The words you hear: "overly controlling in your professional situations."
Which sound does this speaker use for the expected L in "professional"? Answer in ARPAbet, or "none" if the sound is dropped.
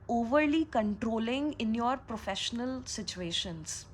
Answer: L